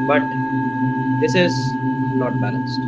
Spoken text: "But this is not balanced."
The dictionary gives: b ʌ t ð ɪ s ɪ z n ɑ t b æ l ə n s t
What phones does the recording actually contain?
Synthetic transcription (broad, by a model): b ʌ t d ɪ s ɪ z l ɑ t b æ l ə n s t